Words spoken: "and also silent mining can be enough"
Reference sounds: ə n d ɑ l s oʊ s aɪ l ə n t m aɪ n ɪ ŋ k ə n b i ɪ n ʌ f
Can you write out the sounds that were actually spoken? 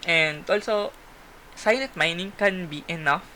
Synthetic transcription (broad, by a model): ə n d ɑ l s oʊ s aɪ n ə t m aɪ n ɪ ŋ k ə n b i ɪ n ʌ f